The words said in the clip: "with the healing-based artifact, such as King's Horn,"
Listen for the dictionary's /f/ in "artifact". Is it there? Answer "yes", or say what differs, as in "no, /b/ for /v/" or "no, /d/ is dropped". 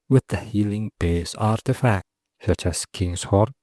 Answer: yes